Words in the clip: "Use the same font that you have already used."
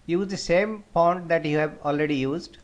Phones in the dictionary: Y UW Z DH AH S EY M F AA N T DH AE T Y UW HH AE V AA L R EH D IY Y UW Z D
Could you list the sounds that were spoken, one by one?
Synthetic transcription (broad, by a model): Y UW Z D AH S EY M P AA N T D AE T Y UW HH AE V AA L R EH D IY Y UW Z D